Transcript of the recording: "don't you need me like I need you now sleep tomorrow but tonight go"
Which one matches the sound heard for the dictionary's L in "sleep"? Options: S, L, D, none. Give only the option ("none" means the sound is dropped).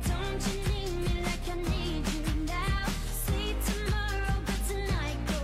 none